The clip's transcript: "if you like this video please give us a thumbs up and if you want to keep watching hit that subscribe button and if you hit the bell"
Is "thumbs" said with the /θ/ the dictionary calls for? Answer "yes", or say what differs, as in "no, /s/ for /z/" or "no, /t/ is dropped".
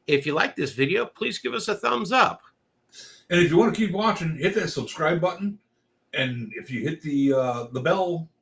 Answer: yes